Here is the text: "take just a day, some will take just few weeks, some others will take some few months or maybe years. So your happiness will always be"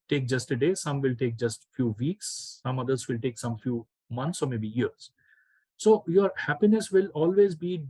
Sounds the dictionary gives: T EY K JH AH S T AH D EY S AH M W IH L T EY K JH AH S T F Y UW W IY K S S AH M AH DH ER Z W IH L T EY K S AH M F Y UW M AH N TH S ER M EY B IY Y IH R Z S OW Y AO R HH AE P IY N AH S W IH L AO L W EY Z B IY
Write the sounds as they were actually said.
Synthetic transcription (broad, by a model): T EY K JH AH S T AH D EY S AH M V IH L T EY K JH AH S T F Y UW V IY K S S AH M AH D ER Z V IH L T EY K S AH M F Y UW M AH N T S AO M EY B IY Y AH R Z S OW Y AO R HH AE P IY N AH S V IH L AO L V EY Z B IY